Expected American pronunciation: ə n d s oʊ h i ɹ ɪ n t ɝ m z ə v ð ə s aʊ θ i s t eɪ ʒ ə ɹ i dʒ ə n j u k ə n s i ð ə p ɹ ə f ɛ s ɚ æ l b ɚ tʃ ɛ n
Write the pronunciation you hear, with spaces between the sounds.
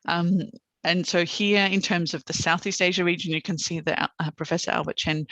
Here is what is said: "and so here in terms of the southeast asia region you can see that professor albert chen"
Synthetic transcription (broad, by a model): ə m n s oʊ h i ɹ ɪ n t ɝ m z ə v ð ə s aʊ θ i s t eɪ ʒ ə ɹ i dʒ ə n j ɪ k ə n s i ð ə p ɹ ə f ɛ s ɚ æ l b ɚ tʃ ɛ n